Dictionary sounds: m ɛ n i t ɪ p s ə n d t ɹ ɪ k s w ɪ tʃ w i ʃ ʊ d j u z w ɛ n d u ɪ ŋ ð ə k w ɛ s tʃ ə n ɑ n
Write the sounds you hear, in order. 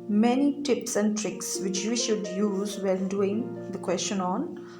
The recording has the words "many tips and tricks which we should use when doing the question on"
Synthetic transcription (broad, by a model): m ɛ n i t ɪ p s ə n d t ɹ ɪ k s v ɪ tʃ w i ʃ ʊ d j u z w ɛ l d u ɪ ŋ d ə k w ɛ s tʃ ə n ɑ n